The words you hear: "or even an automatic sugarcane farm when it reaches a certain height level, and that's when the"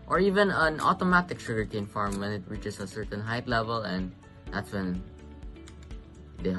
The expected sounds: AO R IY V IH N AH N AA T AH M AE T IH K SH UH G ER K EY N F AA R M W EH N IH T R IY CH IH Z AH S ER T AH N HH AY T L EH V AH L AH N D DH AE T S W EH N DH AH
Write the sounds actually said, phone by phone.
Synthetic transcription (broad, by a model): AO R IY V IH N AH N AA T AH M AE T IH K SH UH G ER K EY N F AA R M W EH N IH T R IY CH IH S AH S ER T AH N HH AY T L EH V AH L AH N D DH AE T S W EH N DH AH